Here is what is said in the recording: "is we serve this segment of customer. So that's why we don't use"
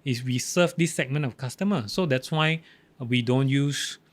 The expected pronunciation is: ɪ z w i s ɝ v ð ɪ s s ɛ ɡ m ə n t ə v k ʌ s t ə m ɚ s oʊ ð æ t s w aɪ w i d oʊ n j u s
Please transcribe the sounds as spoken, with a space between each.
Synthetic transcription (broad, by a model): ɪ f w i s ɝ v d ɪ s s ɛ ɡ m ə n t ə f k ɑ s t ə m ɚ s oʊ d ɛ t s w aɪ w i d oʊ n j u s